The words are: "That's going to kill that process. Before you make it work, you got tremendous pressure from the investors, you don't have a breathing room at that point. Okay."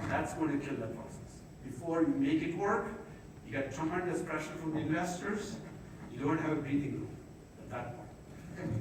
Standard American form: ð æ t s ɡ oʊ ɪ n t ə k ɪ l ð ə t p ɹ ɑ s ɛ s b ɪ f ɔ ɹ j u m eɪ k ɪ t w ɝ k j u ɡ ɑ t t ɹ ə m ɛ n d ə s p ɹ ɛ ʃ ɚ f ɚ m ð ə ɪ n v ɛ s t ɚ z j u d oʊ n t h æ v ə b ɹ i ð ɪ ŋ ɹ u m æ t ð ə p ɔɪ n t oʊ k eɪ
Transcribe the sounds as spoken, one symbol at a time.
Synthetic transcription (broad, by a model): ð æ t s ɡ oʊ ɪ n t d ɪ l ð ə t p ɹ ɑ s ɛ s b ɪ f ɔ ɹ j u m eɪ k ɪ t w ɝ k j u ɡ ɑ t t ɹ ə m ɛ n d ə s p ɹ ɛ ʃ ɚ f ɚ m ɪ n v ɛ s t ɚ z j u d oʊ n t h æ v ə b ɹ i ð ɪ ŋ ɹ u æ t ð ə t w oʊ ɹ